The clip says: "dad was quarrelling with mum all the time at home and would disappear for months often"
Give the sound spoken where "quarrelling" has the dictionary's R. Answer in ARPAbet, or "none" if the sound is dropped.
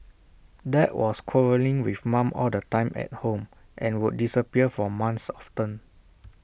R